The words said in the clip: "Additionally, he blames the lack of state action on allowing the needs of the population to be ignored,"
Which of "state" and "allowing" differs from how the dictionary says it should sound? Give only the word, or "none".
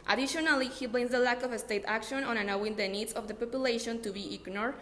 allowing